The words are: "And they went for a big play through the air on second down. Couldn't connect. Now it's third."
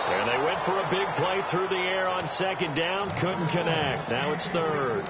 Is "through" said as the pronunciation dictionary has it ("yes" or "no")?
yes